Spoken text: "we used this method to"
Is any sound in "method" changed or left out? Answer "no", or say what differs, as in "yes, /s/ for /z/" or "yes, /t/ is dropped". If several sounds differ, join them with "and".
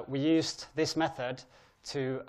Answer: no